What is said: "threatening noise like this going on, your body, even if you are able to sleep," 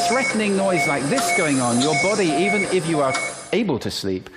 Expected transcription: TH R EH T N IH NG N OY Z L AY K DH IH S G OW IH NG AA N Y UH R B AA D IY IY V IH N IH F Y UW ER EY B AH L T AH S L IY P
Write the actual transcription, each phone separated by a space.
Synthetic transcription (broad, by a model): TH R EH T N IH NG N OY Z L AY K DH IH S G OW IH NG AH N Y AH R B AA D IY IY V IH N IH F Y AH ER EY B AH L T AH S L IY P